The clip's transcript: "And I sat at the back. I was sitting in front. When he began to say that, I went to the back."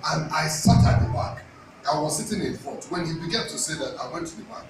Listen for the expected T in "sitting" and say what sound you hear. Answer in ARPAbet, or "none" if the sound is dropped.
T